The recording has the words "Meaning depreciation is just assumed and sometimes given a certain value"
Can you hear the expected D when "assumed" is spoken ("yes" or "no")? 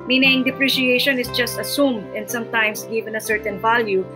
yes